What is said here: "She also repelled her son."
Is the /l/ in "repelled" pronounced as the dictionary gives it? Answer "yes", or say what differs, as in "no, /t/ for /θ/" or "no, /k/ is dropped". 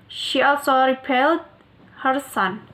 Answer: yes